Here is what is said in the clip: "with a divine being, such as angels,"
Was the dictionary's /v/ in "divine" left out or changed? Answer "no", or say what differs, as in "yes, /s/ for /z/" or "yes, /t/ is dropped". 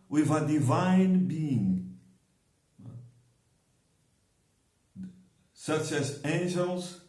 no